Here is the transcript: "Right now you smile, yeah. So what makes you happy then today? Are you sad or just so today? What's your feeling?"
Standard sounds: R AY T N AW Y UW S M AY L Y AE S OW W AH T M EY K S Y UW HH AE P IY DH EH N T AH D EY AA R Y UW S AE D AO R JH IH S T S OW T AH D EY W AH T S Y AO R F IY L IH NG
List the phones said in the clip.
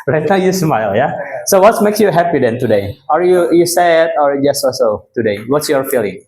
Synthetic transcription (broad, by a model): R AY T N AW Y UW S M AY L Y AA S OW W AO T M EY K S Y UW HH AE P IY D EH N T AH D EY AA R Y UW S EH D AO R JH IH S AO S OW T AH D EY W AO T S Y AO R F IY L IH NG